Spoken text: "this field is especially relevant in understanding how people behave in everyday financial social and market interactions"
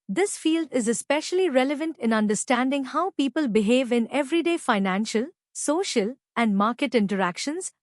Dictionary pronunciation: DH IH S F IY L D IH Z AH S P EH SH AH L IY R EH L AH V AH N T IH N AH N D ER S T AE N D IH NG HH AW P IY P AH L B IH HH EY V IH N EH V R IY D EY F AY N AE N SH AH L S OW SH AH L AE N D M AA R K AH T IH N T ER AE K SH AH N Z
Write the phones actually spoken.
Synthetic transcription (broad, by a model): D IH S F IY L D IH Z AH S P EH SH AH L IY R EH L AH V AH N T IH N AH N D ER S T AE N D IH NG HH AW P IY P AH L B IH HH EY V IH N EH V R IY D EY F AY N AE N SH AH L S OW SH AH L AE N D M AA R K AH T IH N T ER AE K SH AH N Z